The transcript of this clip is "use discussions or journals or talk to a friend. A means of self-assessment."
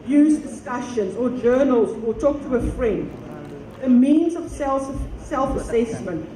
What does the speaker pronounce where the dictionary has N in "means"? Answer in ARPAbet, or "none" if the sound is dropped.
N